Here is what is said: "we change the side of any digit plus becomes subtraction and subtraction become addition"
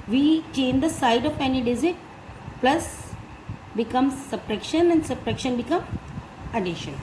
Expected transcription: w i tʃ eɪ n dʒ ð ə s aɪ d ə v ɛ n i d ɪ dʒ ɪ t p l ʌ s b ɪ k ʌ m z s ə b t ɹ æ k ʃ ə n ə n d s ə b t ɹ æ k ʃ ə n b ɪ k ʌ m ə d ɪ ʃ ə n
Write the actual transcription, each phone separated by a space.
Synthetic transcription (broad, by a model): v i tʃ eɪ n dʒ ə s aɪ d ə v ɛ n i d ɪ z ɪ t p l ʌ s b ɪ k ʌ m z s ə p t ɹ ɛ k ʃ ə n ə n d s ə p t ɹ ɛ k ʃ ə n b ɪ k ʌ m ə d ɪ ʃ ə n